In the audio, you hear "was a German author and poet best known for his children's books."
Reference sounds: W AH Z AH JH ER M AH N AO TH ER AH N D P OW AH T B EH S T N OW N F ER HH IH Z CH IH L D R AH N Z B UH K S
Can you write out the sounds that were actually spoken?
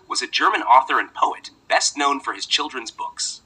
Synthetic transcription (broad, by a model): W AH Z AH JH ER M AH N AO TH ER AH N P OW AH T B EH S T N OW N F ER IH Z CH IH L D R AH N Z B UH K S